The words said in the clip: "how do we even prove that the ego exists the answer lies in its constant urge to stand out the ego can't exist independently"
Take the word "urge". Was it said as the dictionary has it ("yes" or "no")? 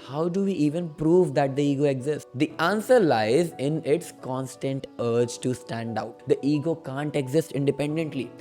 yes